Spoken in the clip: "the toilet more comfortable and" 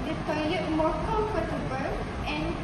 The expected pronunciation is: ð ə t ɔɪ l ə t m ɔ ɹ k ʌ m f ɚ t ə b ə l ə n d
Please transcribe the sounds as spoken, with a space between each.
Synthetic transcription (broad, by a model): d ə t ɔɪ ə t m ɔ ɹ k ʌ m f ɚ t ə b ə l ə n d